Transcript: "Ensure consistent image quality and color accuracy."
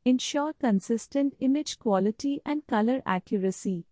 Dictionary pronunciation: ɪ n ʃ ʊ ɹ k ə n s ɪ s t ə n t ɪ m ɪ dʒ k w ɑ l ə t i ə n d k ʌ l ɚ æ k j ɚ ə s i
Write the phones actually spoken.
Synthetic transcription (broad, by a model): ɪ n ʃ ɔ ɹ k ə n s ɪ s t ə n t ɪ m ɪ dʒ k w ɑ l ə t i ə n d k ʌ l ɚ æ k j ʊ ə s i